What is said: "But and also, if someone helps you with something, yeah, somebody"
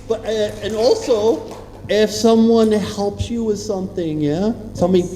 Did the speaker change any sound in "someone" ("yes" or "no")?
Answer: no